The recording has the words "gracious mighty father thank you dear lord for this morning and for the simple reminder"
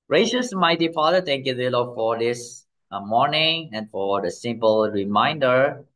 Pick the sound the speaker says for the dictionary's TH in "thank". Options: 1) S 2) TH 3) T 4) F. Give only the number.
3